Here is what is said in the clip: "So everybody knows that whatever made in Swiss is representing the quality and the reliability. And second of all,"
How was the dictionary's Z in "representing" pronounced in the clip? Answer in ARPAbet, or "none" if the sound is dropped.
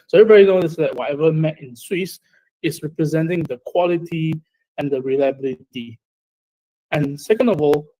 Z